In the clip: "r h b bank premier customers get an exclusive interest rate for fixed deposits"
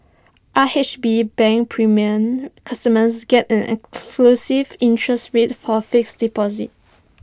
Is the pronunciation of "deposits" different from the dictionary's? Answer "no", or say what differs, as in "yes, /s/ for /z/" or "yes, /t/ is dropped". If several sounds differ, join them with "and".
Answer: yes, /s/ is dropped